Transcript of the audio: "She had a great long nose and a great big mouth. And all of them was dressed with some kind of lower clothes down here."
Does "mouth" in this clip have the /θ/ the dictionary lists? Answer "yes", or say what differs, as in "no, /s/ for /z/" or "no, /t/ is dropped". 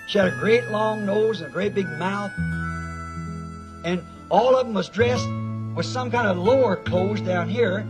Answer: yes